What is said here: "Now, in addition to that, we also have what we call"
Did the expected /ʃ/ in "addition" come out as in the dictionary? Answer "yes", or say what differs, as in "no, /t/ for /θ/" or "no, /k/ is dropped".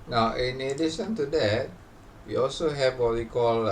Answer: no, /s/ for /ʃ/